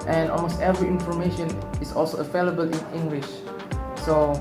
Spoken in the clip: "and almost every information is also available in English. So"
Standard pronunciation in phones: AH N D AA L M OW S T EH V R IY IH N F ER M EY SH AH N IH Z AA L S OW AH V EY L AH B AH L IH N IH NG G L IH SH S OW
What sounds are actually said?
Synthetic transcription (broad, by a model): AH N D AA L M OW S T EH V R IY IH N F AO M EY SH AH N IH S AA L S OW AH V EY L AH B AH L IH N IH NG G L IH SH S OW